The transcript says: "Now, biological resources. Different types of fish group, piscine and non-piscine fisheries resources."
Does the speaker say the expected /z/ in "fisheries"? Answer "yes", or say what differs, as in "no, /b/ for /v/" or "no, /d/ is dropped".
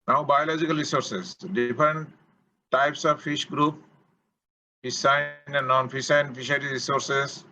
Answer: no, /z/ is dropped